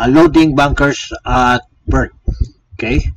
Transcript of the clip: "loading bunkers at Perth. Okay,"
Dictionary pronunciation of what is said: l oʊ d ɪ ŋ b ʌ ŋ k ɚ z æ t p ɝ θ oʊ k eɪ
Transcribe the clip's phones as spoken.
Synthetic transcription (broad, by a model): l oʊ d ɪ ŋ b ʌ ŋ k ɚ s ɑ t b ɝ t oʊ k eɪ